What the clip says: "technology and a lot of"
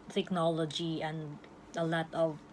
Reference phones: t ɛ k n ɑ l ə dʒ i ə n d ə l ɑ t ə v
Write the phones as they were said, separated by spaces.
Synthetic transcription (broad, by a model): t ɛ k n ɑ l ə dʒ i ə n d ə l ɑ t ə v